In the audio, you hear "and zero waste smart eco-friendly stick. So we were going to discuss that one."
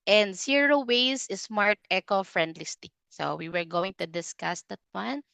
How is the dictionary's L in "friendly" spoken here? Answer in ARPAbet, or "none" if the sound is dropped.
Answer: L